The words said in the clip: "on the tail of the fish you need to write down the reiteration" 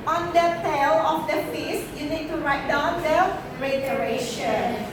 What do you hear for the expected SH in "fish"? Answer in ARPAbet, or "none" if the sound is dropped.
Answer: S